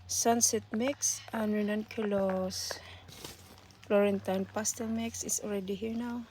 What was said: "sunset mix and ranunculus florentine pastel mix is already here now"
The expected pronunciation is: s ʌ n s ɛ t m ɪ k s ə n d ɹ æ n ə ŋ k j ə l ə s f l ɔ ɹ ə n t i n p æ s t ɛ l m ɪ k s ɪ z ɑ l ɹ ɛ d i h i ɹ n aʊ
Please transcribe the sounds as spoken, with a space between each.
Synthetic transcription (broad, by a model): s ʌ n s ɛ t m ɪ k s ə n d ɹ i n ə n k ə l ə s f l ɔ ɹ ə n t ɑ n p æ s t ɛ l m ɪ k s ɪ s ɑ l ɹ ɛ d i h i ɹ n aʊ